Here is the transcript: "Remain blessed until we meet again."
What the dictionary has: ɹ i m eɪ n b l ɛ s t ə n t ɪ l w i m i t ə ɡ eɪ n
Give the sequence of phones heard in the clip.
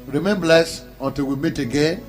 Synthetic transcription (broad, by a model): ɹ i m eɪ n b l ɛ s ə n t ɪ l w i m i t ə ɡ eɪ n